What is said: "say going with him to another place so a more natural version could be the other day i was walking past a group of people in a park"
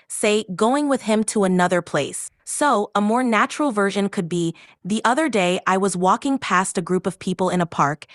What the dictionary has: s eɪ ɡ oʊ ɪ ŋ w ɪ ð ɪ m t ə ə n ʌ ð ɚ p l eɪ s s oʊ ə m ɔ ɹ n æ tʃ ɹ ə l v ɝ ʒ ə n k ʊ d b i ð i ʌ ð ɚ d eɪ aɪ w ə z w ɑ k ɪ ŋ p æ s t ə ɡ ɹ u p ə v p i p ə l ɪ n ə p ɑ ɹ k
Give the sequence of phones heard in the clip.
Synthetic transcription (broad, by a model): s eɪ ɡ oʊ ɪ ŋ w ɪ ð ɪ m t ə ə n ʌ ð ɚ p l eɪ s s oʊ ə m ɔ ɹ n æ tʃ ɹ l v ɝ ʒ ə n k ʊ d b i ð i ʌ ð ɚ d eɪ aɪ w ə z w ɑ k ɪ ŋ p æ s t ə ɡ ɹ u p ə v p i p l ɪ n ə p ɑ ɹ k